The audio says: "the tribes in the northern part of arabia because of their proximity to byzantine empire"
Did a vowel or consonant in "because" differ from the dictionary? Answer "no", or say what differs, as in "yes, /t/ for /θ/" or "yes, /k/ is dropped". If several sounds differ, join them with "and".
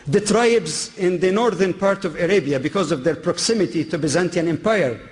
no